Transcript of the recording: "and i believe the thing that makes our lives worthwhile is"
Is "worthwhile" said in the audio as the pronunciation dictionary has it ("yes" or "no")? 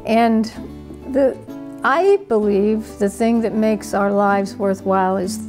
yes